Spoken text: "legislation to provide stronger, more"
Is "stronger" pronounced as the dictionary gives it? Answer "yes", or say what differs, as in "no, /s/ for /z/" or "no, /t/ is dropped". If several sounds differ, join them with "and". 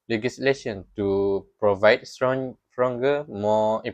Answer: no, /s/ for /t/